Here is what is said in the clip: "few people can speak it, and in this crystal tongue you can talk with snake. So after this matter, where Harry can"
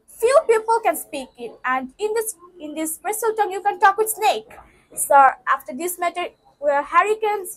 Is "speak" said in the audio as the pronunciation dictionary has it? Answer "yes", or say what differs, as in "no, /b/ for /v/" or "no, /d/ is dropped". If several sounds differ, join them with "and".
yes